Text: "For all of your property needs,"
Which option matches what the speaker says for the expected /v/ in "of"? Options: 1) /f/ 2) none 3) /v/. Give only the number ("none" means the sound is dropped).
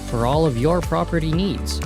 3